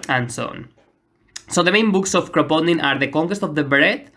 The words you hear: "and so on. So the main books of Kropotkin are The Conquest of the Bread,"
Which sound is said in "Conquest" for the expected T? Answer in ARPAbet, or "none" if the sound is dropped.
T